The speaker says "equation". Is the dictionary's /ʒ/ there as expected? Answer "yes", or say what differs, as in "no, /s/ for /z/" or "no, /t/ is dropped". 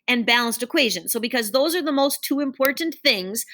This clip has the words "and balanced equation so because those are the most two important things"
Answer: yes